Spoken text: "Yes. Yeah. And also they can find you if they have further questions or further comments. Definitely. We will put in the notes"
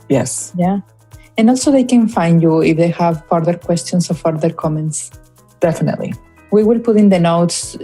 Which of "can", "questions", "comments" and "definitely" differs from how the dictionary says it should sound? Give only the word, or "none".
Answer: questions